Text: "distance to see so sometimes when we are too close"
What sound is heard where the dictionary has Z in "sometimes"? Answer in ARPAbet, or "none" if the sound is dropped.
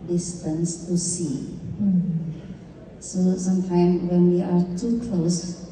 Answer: none